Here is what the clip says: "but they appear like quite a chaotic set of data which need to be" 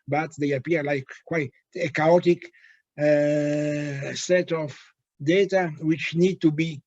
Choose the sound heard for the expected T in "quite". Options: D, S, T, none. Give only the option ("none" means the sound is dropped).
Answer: none